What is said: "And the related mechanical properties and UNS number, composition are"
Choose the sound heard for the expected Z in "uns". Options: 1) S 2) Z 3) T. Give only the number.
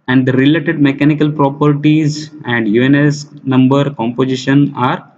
1